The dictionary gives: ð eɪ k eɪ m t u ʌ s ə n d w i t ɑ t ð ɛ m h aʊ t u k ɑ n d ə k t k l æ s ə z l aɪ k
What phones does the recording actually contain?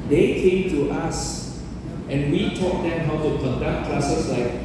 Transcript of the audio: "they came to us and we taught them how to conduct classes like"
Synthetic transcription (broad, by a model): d eɪ k eɪ m t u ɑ s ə n w i t ɑ t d ɛ m h aʊ t u k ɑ n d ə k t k l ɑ s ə s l aɪ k